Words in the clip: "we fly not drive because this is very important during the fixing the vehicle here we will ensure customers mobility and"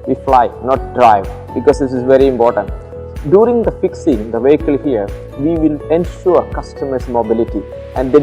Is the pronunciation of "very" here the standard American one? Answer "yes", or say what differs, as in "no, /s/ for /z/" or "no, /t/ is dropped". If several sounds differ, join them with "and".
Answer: yes